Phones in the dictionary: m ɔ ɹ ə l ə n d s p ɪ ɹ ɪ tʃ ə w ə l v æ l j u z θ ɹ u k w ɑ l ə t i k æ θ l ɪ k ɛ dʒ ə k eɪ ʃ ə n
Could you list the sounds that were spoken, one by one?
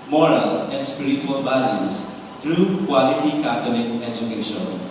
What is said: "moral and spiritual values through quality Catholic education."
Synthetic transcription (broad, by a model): m ɔ ɹ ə l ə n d s p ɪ ɹ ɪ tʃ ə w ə l b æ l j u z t ɹ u k w ɑ l ə t i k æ t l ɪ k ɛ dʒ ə k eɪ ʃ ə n